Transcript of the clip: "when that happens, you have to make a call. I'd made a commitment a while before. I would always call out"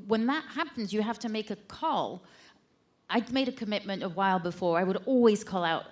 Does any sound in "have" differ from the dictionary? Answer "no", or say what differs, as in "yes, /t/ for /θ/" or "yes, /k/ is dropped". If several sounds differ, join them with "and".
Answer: yes, /f/ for /v/